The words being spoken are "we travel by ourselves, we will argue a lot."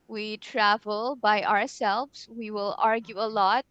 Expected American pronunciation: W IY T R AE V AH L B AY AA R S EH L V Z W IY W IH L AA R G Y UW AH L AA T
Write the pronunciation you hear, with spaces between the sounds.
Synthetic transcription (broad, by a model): W IY T R AE V AH L B AY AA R S EH L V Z W IY W IH L AA R G Y UW AH L AA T